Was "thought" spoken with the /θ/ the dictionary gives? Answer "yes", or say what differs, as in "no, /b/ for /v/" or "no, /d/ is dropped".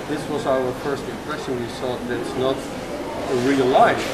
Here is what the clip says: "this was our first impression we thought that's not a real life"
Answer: no, /s/ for /θ/